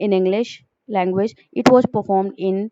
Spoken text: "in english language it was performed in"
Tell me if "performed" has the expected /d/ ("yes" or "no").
yes